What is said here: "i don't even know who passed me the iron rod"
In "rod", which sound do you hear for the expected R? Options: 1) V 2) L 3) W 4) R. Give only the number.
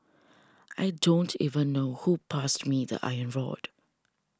4